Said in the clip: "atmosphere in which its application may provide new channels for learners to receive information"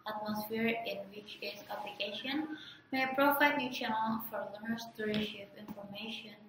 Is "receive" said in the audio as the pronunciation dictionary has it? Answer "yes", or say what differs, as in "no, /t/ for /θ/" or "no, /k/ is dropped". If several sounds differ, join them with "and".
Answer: no, /ʃ/ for /s/ and /p/ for /v/